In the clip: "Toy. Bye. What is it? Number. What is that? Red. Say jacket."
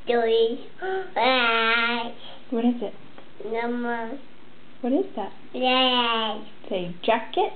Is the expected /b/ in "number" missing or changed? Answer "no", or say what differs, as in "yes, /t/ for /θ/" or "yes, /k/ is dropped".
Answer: yes, /b/ is dropped